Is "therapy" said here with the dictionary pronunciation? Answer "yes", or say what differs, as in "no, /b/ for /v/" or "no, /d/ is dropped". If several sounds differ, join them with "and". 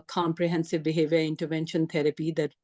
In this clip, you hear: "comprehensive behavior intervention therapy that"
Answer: no, /t/ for /θ/